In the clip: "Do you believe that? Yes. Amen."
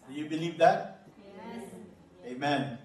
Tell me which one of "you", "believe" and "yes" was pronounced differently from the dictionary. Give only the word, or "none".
yes